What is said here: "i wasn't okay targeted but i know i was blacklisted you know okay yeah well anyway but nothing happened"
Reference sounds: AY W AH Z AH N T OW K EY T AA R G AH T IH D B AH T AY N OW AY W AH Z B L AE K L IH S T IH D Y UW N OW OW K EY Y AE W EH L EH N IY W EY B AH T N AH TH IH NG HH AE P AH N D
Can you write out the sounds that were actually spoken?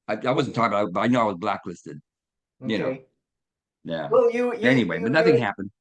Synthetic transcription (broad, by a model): AY W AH Z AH N T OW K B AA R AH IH B AH T AY N OW AY W AH Z B L AE K L IH S T IH D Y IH N OW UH Y AE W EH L EH N IY W EY B AH T N AH TH IH NG HH AE P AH N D